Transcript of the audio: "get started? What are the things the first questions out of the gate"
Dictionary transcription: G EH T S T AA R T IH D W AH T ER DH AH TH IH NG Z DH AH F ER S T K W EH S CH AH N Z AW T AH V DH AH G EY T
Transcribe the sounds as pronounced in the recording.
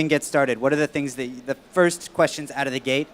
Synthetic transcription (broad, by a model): G EH T S T AA R T IH D W AH T ER DH AH TH IH NG Z DH AH F ER S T K W EH S CH AH N Z AW T AH V DH AH G EY T